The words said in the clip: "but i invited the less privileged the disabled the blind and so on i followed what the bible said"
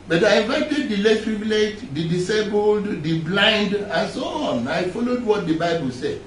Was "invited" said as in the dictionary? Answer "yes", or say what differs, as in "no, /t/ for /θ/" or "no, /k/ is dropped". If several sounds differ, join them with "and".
no, /n/ is dropped